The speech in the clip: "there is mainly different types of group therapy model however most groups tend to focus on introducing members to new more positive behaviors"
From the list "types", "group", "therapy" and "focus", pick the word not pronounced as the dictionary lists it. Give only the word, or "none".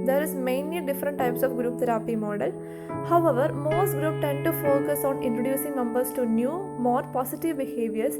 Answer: therapy